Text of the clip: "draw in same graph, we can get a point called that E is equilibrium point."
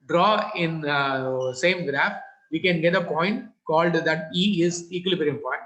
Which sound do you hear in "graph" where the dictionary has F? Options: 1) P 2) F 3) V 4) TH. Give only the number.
2